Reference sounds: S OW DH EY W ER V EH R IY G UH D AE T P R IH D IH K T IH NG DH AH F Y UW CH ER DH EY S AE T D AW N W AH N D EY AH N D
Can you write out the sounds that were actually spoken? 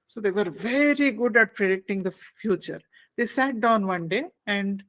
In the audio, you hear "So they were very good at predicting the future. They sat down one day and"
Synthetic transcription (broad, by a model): S OW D EY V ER V EH R IY G UH D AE T P R IH D IH K T IH NG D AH F Y UW CH ER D EY S AE T D AW N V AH N D EY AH N D